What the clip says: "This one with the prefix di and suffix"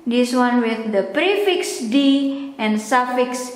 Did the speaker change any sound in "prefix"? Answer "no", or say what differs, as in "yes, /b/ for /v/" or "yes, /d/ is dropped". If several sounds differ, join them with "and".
no